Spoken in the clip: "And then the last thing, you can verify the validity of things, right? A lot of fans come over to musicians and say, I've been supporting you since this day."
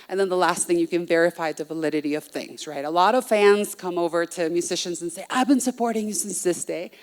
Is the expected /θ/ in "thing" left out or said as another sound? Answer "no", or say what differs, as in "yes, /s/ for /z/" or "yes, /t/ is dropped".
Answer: no